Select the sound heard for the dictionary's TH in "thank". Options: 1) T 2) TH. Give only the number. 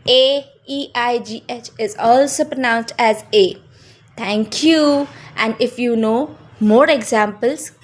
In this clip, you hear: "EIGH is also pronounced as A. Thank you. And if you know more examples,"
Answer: 1